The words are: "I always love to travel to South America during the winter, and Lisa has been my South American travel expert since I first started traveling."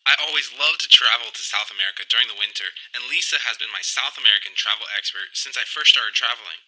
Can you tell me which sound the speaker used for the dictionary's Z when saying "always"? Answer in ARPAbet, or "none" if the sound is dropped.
Z